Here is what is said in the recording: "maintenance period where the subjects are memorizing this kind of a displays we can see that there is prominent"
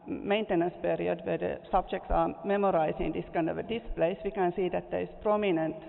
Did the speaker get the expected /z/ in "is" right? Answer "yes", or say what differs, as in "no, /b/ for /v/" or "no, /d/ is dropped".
no, /s/ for /z/